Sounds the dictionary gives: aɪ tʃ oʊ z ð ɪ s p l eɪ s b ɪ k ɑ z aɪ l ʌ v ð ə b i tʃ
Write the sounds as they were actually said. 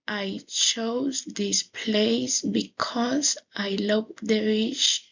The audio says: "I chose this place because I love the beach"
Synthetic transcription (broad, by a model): aɪ tʃ oʊ z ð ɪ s p l eɪ s b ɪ k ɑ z aɪ l ʌ v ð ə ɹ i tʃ